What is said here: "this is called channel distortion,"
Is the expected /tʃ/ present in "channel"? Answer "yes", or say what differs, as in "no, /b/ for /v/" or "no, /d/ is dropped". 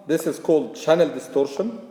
yes